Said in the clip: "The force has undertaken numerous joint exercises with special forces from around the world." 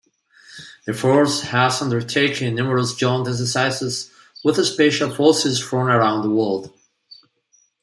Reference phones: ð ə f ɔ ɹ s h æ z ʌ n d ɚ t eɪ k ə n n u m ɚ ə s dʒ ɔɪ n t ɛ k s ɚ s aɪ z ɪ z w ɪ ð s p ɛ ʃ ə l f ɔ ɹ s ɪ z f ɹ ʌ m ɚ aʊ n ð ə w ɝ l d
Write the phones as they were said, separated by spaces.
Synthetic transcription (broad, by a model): ð ə f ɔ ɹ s h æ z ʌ n d ɚ t eɪ ə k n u m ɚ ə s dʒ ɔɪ n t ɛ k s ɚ s aɪ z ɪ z w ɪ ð s p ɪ ʃ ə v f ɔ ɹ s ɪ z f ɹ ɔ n ɚ aʊ n ð ə w ɝ l d